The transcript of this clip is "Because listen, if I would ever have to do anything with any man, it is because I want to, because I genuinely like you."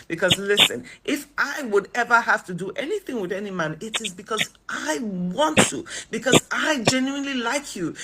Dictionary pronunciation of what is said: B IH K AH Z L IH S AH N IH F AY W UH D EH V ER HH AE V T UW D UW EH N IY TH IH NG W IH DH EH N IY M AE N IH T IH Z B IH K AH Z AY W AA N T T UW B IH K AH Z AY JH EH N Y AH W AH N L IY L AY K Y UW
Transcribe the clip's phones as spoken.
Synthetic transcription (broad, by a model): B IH K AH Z L IH S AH N IH F AY W UH D EH V ER HH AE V T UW D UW EH N IY TH IH NG W IH DH EH N IY M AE N IH T IH Z B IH K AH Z AY W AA N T T UW B IH K AH Z AY JH EH N Y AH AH N L IY L AY K Y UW